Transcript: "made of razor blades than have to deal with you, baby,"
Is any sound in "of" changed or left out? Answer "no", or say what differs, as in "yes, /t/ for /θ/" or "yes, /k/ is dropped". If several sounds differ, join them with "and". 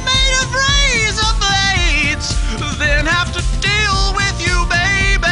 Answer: yes, /f/ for /v/